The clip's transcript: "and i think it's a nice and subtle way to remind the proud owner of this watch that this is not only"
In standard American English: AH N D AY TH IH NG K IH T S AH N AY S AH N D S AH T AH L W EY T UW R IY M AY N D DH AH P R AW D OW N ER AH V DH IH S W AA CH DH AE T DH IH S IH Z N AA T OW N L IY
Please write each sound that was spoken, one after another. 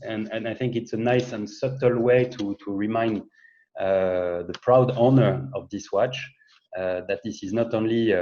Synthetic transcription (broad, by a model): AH N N AY TH IH NG K IH T S AH N AY S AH N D S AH T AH L W EY T UW R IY M AY N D DH AH P R AW D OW N ER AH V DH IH S W AA CH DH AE T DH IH S IH Z N AA T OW N L IY